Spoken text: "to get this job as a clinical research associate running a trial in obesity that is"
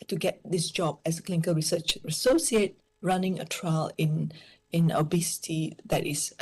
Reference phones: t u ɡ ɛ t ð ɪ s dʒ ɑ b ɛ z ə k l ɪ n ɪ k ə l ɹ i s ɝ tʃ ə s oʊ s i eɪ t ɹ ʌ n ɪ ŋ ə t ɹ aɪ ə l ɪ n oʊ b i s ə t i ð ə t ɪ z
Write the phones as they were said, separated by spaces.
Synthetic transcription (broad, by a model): t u ɡ ɛ t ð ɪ s dʒ ɑ b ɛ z ə k l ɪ n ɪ k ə l ɹ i s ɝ tʃ ə s oʊ s i eɪ t ɹ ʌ n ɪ ŋ ə t ɹ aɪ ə n ɪ n oʊ b i s ə t i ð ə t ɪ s